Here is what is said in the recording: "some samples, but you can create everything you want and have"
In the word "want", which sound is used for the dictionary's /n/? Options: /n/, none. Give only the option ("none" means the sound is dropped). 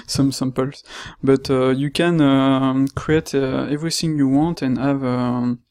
/n/